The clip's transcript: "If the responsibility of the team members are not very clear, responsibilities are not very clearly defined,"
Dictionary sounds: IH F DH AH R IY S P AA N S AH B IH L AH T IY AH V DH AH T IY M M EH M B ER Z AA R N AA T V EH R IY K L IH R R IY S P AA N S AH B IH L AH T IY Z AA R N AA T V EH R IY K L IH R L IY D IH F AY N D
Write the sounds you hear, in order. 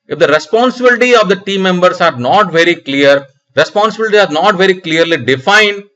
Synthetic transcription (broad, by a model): IH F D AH R IY S P AA N S AH B IH L AH T IY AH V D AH T IY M M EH M B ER S AA R N AA T V EH R IY K L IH R R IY S P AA N S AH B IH L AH T IY AA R N AA T V EH R IY K L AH R L IY D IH F AY N D